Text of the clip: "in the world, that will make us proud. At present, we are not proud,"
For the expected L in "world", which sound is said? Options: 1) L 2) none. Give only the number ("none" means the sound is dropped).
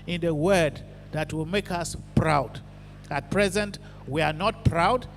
2